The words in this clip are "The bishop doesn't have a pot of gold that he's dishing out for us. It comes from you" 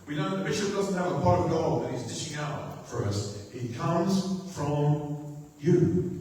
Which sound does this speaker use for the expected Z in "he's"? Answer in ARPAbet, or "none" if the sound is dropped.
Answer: Z